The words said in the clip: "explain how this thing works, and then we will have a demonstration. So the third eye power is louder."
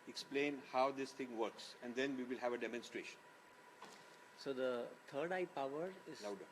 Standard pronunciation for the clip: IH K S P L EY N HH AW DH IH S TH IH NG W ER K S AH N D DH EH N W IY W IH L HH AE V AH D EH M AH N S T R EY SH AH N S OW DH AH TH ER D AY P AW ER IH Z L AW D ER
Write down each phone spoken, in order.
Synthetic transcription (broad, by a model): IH K S P L EY N HH AW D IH S T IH NG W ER K S AH N D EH N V IY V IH L HH AE V AH D EH M AH N S T R EY SH AH N S OW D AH T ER D AY P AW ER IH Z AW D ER